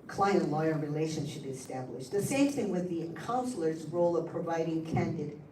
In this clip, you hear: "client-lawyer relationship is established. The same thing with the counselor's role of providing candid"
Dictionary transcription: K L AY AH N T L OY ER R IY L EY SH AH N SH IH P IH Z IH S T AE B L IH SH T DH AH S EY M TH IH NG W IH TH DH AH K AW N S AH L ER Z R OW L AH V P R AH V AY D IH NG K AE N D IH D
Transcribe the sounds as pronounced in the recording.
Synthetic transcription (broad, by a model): K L AY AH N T L OY ER R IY L EY SH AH N SH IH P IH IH S T AE B L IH SH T DH AH S EY M TH IH NG W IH DH AH K AW N S L ER Z R OW L AH V P R AH V AY D IH NG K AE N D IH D